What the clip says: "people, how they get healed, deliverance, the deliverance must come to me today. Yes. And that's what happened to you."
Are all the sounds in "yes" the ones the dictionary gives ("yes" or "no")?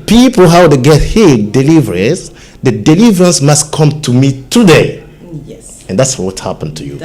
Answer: no